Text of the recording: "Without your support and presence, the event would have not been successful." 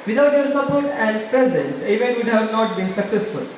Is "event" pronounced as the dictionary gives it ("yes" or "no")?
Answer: no